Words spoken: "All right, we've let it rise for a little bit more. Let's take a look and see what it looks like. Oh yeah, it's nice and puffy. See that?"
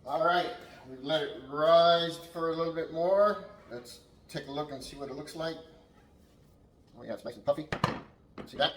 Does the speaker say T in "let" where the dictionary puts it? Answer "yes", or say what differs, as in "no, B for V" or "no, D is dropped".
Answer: no, T is dropped